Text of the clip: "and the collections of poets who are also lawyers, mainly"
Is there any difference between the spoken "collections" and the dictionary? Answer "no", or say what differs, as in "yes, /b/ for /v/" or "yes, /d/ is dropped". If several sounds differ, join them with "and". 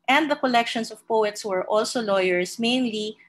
yes, /s/ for /z/